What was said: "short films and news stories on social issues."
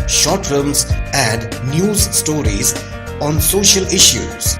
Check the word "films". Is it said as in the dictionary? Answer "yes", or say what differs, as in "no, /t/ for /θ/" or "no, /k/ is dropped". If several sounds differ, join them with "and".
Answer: no, /l/ is dropped